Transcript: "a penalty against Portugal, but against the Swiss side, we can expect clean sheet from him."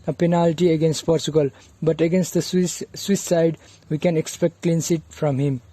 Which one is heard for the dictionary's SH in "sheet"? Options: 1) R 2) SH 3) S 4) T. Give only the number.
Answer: 3